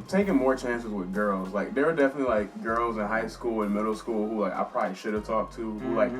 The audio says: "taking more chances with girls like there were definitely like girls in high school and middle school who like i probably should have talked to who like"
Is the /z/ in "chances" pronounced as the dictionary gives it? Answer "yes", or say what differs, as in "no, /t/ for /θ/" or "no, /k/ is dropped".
yes